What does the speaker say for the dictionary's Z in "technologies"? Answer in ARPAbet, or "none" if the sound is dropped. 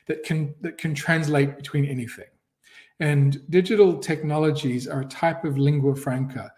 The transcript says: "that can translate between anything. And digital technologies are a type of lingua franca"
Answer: Z